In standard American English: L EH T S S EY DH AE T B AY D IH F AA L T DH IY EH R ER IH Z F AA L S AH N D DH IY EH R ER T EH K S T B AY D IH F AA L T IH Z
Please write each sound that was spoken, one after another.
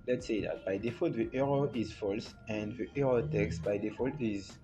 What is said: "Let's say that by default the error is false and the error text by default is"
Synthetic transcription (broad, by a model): L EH T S S EY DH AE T B AY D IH F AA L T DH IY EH R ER IH Z F AA L S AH N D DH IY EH R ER T EH K S T B AY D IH F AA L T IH Z